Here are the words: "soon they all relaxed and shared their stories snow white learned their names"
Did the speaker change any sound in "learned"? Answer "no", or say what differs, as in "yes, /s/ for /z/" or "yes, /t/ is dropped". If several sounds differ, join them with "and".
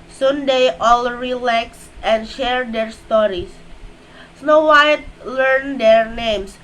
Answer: no